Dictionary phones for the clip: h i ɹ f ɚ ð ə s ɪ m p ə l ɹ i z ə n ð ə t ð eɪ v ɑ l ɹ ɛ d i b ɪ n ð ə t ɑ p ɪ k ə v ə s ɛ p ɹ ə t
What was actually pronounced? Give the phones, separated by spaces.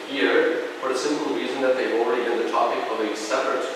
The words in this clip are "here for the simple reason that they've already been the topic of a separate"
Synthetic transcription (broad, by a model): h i ɹ f ɚ ð ə s ɪ m p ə l ɹ i z ə n ð ə t ð eɪ v ɑ l ɹ ɛ d i b ɪ n ð ə t ɑ p ɪ k ə v ə s ɛ p ɹ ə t